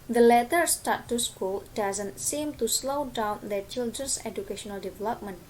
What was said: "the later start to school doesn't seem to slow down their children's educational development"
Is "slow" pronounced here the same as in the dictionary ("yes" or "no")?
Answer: yes